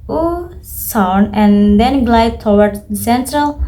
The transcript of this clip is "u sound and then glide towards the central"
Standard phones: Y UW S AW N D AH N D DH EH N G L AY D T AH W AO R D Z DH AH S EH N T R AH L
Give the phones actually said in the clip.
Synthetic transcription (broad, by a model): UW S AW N AH N D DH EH N G L AY D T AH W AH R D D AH S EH N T R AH L